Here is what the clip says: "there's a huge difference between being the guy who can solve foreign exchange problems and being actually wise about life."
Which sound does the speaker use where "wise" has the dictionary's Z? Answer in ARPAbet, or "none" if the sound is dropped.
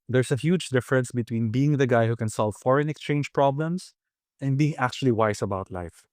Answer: S